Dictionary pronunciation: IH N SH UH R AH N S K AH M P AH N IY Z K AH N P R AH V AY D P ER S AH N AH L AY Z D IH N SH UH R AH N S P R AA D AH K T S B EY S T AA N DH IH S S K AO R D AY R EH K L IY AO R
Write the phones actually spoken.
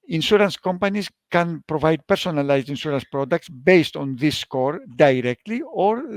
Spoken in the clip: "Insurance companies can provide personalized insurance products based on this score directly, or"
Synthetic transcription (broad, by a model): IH N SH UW R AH N S K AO M P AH N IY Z K AH N P R AH V AY D P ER S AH N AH L AY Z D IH N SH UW R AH N S P R AA D AH K T S B EY S T AA N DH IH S S K AO R D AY R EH K L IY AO R